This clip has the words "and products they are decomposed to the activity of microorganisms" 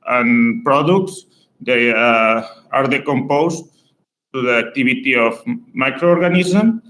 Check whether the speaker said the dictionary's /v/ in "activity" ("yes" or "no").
no